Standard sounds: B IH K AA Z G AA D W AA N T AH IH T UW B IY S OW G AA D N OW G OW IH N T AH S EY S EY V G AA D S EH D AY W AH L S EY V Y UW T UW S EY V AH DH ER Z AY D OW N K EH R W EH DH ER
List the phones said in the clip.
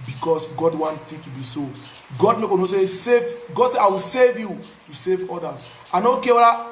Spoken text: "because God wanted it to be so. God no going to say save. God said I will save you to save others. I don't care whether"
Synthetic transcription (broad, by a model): B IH K AA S G AA D W AA N T AH T UW B IY S OW G AA D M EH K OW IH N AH S EY S EY V G AA D S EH AY W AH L S EY V Y UW T UW S EY V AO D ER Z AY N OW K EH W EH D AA